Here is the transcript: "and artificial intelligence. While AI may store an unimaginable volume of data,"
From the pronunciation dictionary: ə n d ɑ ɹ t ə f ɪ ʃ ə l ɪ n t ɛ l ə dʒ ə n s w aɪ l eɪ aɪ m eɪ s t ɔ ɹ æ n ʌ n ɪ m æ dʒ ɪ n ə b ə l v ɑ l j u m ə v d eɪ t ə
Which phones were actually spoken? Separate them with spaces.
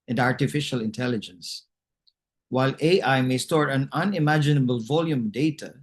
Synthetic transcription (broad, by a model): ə n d ɑ ɹ t ə f ɪ ʃ ə l ɪ n t ɛ l ə dʒ ə n s w aɪ l eɪ aɪ m eɪ s t ɔ ɹ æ n ʌ n ɪ m æ dʒ ɪ n ə b ə l v ɑ l j u m d eɪ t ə